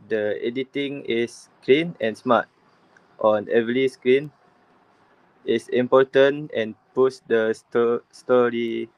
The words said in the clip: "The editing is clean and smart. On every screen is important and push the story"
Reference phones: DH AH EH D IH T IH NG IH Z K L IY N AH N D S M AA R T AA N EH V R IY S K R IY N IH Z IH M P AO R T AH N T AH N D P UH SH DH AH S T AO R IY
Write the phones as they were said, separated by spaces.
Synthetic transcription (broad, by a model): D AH EH D IH T IH NG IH S K L IY N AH N S M AA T T AA N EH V L IY S K R IY N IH S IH M P AO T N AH N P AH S D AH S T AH S T AO R IY